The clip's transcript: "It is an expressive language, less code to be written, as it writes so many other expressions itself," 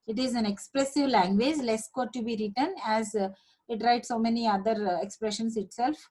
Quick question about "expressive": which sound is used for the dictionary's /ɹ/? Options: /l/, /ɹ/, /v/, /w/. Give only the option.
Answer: /l/